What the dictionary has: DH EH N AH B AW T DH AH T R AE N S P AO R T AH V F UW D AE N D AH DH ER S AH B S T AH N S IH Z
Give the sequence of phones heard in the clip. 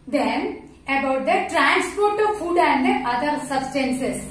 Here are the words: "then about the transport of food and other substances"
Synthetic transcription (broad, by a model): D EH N AH B AW T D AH T R AE N S P AO R T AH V F UW D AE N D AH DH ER S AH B S T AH N S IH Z